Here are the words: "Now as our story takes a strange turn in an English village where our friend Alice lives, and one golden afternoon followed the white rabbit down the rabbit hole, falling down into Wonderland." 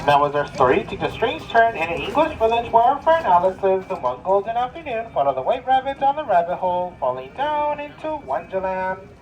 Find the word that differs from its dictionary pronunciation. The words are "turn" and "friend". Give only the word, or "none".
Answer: friend